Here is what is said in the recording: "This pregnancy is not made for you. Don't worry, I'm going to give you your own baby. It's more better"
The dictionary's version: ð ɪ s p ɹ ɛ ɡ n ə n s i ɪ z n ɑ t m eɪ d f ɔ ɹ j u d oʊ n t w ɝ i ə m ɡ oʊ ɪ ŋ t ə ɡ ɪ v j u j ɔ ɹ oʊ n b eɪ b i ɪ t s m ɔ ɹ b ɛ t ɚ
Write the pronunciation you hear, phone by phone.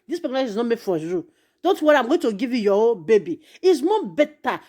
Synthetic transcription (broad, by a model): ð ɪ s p ɛ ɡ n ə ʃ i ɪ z n ɑ t m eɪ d f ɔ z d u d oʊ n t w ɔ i ə m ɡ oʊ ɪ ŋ t ə ɡ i v j u j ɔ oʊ b eɪ b i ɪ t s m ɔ b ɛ t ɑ